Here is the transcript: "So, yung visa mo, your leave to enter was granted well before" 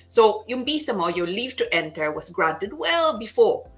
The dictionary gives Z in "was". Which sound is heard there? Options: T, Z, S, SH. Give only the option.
S